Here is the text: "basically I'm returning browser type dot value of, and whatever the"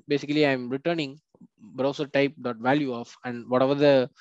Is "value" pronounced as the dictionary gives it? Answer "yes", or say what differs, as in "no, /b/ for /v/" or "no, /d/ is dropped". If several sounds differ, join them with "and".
yes